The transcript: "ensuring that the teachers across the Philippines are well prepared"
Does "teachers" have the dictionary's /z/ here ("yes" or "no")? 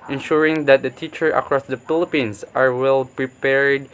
no